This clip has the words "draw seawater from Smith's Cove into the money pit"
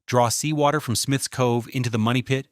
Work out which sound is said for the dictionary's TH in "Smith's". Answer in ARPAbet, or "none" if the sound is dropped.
TH